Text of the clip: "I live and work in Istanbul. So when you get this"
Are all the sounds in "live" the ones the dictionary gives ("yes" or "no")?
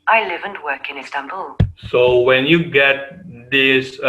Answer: yes